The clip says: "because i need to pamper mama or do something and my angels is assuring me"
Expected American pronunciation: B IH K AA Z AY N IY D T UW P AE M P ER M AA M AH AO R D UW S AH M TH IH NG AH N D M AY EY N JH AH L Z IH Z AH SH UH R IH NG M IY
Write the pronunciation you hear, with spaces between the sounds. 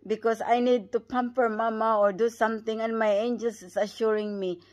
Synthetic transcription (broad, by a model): B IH K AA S AY N IY D T UW P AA M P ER M AA M AH AO R D UW S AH M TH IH NG AH N D M AY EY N JH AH L S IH S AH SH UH R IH NG M IY